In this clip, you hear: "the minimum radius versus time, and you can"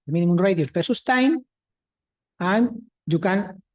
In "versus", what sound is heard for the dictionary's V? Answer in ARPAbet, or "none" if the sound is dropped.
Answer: P